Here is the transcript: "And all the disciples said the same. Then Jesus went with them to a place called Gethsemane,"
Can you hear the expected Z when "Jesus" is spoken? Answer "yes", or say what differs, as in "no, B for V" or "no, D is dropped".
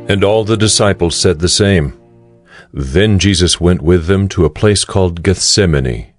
yes